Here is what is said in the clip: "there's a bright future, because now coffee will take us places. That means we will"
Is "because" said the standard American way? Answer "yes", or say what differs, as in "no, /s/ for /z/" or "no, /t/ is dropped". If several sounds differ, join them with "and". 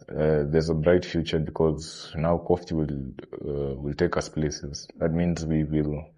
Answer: yes